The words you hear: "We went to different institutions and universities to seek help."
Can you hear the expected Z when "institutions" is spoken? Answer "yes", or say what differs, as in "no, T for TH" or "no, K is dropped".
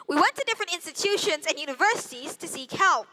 yes